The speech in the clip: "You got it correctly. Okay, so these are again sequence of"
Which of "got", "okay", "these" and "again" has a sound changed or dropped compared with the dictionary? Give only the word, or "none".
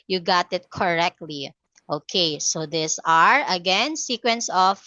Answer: these